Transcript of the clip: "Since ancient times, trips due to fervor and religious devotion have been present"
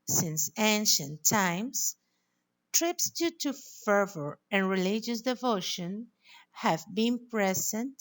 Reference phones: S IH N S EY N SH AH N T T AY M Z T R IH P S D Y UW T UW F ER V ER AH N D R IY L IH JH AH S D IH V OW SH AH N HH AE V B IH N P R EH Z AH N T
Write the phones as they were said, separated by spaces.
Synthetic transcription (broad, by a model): S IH N S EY N SH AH N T T AY M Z T R IH P S D Y UW T UW F ER V ER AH N R IY L IH JH AH S D IH V OW SH AH N HH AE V B IH N P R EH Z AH N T